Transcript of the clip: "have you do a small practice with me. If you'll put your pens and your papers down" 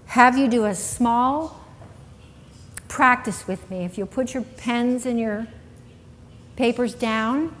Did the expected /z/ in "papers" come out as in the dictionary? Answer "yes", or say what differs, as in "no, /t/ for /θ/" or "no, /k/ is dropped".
yes